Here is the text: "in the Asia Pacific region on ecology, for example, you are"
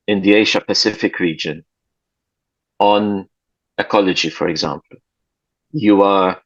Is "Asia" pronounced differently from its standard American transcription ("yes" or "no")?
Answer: yes